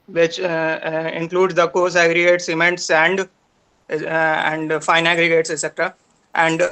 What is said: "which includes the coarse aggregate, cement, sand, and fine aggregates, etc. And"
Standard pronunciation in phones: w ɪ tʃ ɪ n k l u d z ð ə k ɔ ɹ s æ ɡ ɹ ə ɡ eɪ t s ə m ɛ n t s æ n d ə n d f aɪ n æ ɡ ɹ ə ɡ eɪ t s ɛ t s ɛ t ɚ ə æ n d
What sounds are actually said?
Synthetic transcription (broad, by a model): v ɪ tʃ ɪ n k l u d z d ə k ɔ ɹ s æ ɡ ɹ ə ɡ eɪ t s ə m ɛ n t s æ n d ə n d f aɪ n æ ɡ ɹ ə ɡ eɪ t s s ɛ t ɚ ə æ n d